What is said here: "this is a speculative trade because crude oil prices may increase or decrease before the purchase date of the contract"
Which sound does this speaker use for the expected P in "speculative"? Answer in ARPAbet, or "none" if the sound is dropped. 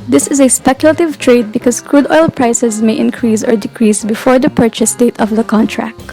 P